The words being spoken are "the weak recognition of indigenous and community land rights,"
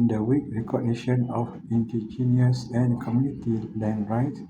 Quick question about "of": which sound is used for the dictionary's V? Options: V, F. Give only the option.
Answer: F